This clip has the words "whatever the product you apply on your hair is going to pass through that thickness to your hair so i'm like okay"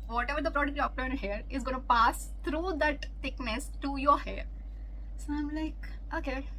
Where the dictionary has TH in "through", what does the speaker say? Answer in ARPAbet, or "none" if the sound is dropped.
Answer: T